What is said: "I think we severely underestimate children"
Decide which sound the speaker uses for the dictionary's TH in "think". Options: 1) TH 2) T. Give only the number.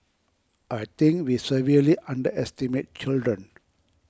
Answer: 2